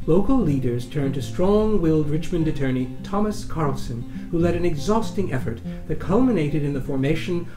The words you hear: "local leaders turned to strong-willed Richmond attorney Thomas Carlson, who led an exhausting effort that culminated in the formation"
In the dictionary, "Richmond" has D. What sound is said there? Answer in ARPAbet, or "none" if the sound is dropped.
D